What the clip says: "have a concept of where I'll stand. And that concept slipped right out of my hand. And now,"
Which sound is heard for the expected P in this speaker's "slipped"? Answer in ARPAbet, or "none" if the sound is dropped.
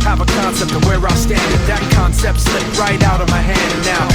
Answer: none